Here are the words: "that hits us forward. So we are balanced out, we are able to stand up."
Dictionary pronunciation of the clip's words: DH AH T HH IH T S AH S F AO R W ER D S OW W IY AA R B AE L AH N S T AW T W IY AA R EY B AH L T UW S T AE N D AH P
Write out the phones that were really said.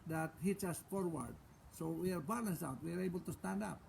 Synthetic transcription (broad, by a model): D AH T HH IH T AH S F AO R W ER D S OW W IY AA R B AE L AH N S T AW T W IY AA R EY B AH L T UW S T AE N D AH P